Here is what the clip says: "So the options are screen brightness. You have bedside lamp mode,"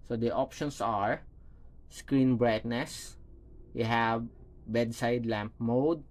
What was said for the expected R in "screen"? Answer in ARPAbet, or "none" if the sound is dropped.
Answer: R